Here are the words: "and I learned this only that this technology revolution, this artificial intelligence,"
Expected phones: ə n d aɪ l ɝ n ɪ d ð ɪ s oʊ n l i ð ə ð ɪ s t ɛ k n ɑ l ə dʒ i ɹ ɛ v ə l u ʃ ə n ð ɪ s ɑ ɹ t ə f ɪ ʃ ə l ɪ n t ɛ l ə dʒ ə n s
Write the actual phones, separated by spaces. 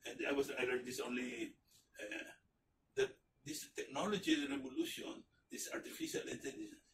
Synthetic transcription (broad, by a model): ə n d aɪ w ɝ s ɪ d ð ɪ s oʊ n l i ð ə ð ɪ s t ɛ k n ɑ l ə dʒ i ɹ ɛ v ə l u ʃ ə n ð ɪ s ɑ ɹ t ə f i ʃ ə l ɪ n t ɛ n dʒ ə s